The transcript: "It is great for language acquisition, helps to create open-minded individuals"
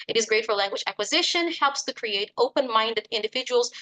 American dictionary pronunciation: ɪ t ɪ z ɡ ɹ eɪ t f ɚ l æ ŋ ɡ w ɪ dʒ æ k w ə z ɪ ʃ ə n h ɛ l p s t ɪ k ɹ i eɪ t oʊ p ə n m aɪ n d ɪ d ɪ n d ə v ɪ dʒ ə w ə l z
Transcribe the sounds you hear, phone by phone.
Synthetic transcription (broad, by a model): ɪ t ɪ z ɡ ɹ eɪ t f ɚ l æ ŋ ɡ w ɪ dʒ æ k w ə z ɪ ʃ ə n h ɛ l p s t ɪ k ɹ i eɪ t oʊ p ə n m aɪ n d ɪ d ɪ n d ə v ɪ dʒ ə w l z